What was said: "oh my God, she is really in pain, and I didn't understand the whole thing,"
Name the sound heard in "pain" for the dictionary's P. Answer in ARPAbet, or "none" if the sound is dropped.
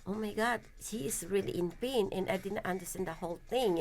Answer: P